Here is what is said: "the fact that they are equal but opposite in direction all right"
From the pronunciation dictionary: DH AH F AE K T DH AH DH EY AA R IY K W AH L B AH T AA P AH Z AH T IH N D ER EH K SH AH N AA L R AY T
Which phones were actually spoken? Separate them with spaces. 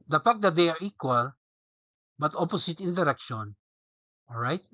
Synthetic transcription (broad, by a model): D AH P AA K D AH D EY AA R IY K W AH L B AH T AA P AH S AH T IH N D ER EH K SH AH N AA L R AY T